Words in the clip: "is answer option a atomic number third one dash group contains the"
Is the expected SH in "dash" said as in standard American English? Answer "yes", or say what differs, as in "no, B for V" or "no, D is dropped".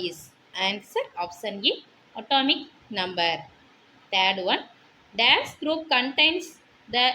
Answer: no, S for SH